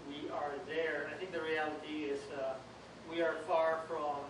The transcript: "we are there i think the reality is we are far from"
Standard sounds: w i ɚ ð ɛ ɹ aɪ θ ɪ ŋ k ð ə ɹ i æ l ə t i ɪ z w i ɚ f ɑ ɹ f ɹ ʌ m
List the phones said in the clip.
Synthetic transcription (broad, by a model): w i ɚ ð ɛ ɹ aɪ θ ɪ ŋ k ð ə ɹ i æ l ə t i ɪ z w i ɚ f ɑ ɹ f ɹ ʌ m